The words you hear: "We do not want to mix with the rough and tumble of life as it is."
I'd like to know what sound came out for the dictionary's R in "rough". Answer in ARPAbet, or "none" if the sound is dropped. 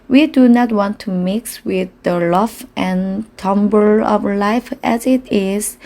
L